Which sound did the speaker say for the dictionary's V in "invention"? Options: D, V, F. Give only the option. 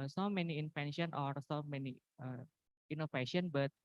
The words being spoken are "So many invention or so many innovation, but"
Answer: F